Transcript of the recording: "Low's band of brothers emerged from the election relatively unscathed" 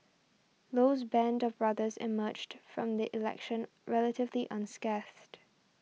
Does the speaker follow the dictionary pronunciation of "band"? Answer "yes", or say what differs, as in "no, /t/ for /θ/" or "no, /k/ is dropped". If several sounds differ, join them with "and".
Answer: yes